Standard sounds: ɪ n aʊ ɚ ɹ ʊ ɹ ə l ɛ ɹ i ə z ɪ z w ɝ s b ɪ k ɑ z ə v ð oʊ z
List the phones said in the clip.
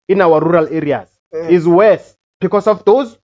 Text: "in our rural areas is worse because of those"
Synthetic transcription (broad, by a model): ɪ n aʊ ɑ ɹ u ɹ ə l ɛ ɹ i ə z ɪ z w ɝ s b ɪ k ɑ s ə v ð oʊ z